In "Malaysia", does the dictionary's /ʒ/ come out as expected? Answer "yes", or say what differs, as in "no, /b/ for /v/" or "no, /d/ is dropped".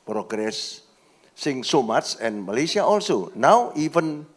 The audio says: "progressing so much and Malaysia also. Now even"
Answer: no, /s/ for /ʒ/